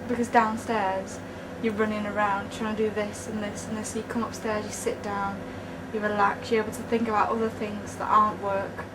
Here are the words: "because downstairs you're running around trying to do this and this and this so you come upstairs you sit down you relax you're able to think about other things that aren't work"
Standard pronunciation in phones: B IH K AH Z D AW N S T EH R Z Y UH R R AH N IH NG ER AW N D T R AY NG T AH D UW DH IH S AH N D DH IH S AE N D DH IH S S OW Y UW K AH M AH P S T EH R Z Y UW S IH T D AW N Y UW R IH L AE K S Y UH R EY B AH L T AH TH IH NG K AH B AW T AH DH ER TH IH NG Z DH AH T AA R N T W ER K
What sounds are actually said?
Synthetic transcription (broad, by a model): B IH K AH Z D AW N S T EH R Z Y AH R R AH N IH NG ER AW N D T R AY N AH D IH DH IH S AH N DH IH S N DH IH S S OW Y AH K AH M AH P S T EH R Z Y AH S IH T D AW N Y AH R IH L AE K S Y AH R EY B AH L T AH TH IH NG K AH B AW T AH DH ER TH IH NG Z DH AH T AA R N T W ER K